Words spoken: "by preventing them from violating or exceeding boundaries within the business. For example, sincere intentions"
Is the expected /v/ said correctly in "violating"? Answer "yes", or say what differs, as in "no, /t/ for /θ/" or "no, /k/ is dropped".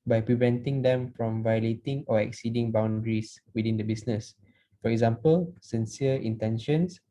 yes